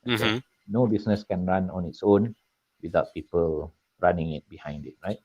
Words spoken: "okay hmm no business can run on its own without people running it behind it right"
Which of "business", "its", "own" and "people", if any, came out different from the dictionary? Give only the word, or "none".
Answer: business